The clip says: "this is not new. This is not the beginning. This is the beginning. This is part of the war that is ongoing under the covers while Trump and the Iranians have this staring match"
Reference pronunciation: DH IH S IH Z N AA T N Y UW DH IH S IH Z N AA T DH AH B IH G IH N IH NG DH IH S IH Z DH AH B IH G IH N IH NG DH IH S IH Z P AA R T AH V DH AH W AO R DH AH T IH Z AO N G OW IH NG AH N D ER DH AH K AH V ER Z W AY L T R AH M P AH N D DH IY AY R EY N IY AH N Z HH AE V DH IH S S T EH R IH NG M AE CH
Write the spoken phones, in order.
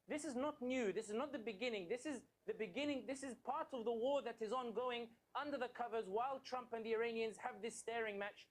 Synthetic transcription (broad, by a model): DH IH S IH Z N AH T N Y UW DH IH S IH Z N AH T DH AH B IH G IH N IH NG DH IH S IH Z DH AH B IH G IH N IH NG DH IH S IH Z P AA R T AH V DH AH W AO R DH AH T IH Z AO N G OW IH NG AH N D ER DH AH K AH V ER Z W AY L T R AH M P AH N DH IY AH R EY N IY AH N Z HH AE V DH IH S S T EH R IH NG M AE CH